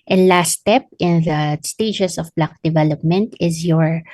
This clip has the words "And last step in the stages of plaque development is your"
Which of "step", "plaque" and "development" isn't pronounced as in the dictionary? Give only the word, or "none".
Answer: plaque